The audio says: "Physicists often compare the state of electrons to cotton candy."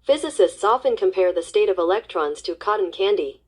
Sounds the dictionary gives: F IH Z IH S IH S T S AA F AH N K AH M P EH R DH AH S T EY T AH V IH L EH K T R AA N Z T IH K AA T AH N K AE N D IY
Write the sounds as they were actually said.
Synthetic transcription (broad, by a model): F IH Z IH S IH S T S AA F AH N K AH M P EH R DH AH S T EY T AH V IH L EH K T R AA N Z T IH K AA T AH N K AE N D IY